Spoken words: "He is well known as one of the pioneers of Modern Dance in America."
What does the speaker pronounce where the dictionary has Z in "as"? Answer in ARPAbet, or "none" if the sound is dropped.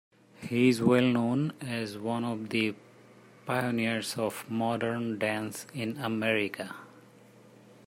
Z